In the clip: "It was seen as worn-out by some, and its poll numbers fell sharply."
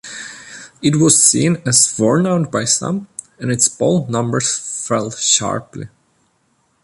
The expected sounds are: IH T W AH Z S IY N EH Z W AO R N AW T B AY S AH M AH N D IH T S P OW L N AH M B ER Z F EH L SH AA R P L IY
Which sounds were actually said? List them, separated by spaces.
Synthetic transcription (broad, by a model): IH T W AH Z S IY N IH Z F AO R N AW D B AY S AH M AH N IH T S B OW L N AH M B ER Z F EH L SH AA R P L IY